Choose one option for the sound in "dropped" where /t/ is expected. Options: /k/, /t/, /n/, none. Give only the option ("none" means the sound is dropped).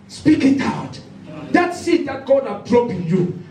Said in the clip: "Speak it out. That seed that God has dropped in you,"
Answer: none